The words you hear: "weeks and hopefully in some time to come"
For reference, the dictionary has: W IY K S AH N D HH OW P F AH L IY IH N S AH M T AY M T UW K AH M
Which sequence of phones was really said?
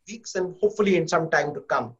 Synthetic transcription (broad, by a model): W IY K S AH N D HH OW P F AH L IY IH N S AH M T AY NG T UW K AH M